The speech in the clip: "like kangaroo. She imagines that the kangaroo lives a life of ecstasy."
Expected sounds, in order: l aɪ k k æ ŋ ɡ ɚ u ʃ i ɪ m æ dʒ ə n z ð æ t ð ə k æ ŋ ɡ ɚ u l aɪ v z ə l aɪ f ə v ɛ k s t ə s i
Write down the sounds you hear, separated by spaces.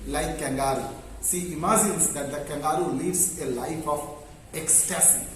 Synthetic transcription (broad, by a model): l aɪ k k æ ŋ ɡ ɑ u s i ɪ m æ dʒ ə n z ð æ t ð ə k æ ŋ ɡ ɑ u l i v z ə l aɪ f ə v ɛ k s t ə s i